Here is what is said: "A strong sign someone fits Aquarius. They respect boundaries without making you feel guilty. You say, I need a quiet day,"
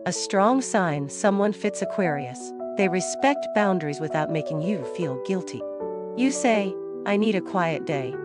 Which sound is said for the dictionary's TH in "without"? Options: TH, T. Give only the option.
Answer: TH